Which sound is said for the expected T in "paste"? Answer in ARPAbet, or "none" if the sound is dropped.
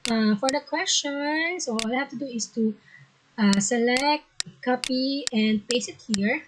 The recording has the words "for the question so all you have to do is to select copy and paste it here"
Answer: none